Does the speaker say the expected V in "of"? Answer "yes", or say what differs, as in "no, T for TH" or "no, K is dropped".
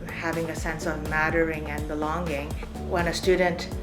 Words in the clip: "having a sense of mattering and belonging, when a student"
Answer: yes